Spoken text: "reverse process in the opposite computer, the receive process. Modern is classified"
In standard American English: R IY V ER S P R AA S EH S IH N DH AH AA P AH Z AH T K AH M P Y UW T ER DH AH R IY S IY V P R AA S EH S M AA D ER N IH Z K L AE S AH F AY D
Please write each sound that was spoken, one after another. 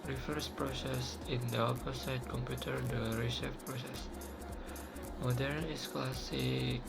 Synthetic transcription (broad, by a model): R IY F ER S P R AA S EH S IH N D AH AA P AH S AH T K AH M P Y UW T ER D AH R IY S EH F P R AA S EH S M AA D ER N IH S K L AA S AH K